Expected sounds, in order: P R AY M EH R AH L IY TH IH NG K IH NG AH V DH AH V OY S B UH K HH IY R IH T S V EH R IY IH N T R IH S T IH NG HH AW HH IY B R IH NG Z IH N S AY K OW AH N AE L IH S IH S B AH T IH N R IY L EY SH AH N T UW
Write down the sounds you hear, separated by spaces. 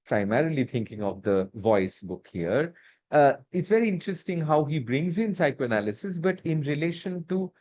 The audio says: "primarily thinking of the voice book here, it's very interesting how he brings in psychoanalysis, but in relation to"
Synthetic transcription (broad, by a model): P R AY M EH R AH L IY T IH NG K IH NG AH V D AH V OY S B UH K HH IY R IH T S V EH R IY IH N T R IH S T IH NG HH AW HH IY B R IH NG Z IH N S AY K OW AH N AE L IH S IH S B AH T IH N R IY L EY SH AH N T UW